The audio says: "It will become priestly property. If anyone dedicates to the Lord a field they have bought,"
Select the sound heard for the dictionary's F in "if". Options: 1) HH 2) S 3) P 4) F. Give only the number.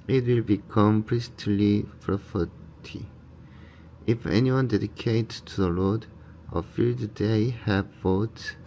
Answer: 4